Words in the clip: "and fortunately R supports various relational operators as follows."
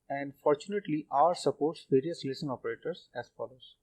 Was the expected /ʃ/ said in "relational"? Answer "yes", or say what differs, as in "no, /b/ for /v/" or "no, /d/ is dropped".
no, /s/ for /ʃ/